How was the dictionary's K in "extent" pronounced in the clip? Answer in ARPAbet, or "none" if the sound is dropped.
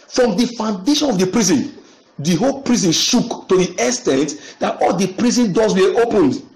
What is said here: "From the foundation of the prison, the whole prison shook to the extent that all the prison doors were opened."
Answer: none